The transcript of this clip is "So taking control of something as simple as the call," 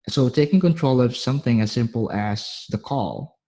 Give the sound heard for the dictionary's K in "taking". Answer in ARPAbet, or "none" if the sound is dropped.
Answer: K